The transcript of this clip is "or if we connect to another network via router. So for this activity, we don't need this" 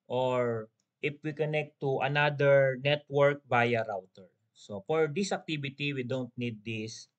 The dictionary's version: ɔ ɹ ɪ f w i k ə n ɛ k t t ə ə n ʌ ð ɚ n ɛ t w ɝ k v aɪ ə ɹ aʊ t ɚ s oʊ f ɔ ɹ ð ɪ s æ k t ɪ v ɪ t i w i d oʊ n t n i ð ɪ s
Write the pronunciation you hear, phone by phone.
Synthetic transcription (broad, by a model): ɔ ɹ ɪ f w i k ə n ɛ k t t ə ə n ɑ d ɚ n ɛ t w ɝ k b aɪ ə ɹ aʊ t ɚ s oʊ f ɔ ɹ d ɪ s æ k t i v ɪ t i w i d oʊ n t n i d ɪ s